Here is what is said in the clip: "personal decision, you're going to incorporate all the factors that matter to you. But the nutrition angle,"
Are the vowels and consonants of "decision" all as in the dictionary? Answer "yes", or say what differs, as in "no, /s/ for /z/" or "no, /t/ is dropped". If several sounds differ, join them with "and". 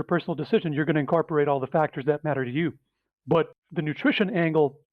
yes